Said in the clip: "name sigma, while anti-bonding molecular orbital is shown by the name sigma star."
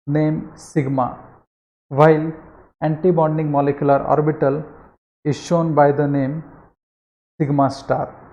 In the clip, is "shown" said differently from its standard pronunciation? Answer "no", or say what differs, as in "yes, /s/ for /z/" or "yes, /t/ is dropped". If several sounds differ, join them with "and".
no